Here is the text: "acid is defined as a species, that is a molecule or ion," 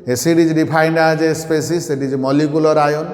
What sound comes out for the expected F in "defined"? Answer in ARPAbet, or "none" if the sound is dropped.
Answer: P